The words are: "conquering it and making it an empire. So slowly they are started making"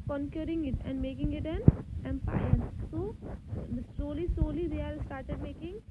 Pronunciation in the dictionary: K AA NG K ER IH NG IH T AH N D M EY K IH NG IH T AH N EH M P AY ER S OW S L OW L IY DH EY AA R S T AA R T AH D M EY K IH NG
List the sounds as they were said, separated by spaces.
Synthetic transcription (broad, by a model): K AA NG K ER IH NG IH T AH N D M EY K IH NG IH T AH N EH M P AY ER S OW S L OW L IY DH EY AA L S T AA R T AH D M EY K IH NG